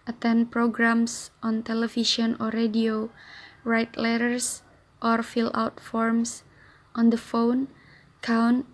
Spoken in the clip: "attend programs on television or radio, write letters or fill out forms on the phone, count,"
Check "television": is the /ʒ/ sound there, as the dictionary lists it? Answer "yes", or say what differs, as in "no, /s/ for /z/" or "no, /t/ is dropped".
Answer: no, /ʃ/ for /ʒ/